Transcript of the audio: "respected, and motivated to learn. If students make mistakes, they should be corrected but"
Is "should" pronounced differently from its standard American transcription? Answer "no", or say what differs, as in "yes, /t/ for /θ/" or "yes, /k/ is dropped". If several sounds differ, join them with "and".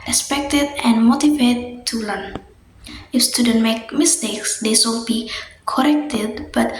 yes, /s/ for /ʃ/